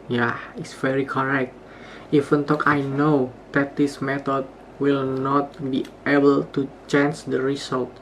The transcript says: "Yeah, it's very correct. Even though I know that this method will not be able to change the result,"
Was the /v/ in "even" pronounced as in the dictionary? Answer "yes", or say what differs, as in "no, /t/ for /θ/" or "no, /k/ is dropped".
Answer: no, /f/ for /v/